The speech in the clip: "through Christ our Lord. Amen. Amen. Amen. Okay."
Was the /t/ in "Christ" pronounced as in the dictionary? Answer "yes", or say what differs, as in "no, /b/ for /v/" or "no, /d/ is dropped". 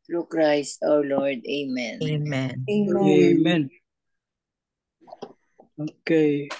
no, /t/ is dropped